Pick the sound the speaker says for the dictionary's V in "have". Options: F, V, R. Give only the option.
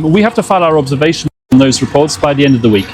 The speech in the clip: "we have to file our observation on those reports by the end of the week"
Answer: F